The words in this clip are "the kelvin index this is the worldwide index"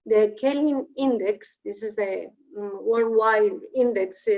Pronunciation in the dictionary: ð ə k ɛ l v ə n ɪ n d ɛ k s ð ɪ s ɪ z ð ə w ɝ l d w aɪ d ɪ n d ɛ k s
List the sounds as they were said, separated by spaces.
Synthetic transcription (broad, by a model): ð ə k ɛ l ə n ɪ n d ɛ k s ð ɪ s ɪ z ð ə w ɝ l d w aɪ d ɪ n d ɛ k s